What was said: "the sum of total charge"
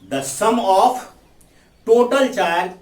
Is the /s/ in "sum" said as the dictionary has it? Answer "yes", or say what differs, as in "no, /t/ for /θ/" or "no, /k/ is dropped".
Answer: yes